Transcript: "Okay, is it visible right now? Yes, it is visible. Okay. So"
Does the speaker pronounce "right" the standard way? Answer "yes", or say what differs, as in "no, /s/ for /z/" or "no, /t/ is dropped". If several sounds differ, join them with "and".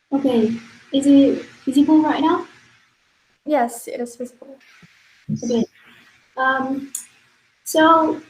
yes